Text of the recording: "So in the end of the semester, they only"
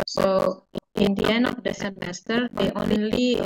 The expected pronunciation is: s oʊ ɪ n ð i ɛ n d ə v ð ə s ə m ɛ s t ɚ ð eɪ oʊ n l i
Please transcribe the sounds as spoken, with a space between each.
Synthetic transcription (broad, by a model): s oʊ ɪ n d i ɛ n ə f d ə s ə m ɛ s t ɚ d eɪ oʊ n l i